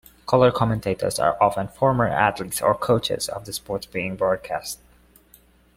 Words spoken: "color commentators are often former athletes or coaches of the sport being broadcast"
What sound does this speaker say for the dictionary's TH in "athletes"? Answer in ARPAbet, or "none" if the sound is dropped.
T